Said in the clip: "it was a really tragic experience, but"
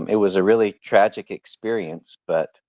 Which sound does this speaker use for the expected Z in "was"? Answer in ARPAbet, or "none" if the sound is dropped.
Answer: Z